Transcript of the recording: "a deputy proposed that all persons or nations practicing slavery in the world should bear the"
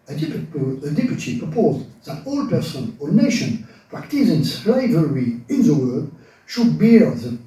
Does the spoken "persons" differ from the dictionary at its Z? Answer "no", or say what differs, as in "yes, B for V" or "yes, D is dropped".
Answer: yes, Z is dropped